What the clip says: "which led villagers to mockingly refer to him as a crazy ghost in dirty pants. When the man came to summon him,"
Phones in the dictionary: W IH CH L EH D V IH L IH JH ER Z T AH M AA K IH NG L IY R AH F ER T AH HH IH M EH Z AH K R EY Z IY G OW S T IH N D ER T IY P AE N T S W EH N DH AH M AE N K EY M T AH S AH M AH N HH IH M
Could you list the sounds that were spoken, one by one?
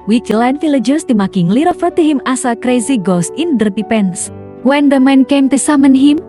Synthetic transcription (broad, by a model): W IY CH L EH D F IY L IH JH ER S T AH M AA K IH NG L IY R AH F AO T AH HH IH M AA S AH K R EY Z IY G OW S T IH N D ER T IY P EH N S W EH N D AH M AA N K EY M T AH S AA M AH N HH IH M